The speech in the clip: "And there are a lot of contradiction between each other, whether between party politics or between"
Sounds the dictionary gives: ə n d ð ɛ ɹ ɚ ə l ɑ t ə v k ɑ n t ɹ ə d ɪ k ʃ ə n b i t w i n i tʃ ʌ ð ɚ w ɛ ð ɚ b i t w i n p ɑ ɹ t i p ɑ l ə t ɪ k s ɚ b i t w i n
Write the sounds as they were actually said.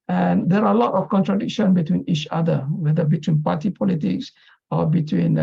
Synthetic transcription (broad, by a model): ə n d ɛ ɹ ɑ ə l ɑ t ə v k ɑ n t ɹ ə d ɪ k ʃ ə n b i t w i n i tʃ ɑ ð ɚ w ɛ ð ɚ b i t w i n p ɑ t i p ɑ l ə t ɪ k s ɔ b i t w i n